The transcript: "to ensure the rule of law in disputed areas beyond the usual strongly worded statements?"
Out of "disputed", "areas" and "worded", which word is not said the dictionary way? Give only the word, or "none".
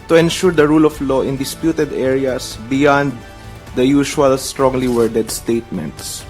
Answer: areas